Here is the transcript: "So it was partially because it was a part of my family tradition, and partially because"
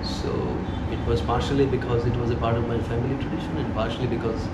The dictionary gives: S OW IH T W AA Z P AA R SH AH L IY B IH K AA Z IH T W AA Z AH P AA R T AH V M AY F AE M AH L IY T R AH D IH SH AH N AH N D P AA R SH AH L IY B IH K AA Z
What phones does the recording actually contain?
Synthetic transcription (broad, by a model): S OW IH T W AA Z P AA R SH AH L IY B IH K AA Z IH T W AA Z AH P AA R T AH V M AY F AE M AH L IY T R AH D IH SH AH N AH N D P AA R SH AH L IY B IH K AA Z